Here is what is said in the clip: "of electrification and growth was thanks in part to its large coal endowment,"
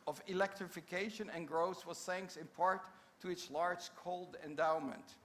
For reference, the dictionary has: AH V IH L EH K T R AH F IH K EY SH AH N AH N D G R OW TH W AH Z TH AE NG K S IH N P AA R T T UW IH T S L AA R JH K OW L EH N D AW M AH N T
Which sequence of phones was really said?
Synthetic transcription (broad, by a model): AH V IH L EH K T R AH F IH K EY SH AH N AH N G R OW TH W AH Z TH AE NG K S IH N P AA R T T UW IH T S L AA R JH K OW L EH N D AW M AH N T